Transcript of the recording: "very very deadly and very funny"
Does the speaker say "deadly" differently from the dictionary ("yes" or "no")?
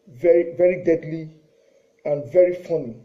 no